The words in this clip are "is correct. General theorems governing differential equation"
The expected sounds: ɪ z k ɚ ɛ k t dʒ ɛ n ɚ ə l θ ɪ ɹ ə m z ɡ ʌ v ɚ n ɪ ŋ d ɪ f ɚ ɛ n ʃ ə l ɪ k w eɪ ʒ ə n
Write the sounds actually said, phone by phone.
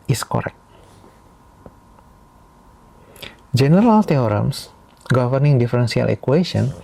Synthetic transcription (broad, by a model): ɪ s k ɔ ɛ k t dʒ ɛ n ɚ ə l t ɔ ɹ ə m s ɡ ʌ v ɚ n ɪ ŋ d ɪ f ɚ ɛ n s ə l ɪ k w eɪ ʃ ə n